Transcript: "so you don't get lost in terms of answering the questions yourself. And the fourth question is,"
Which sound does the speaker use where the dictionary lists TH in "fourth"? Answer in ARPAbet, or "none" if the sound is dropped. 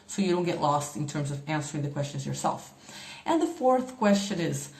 TH